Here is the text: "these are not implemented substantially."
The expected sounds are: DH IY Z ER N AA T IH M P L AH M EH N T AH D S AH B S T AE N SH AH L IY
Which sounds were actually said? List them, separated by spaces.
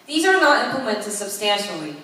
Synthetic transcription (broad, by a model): DH IY Z ER N AA T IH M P AH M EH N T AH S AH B S T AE N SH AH L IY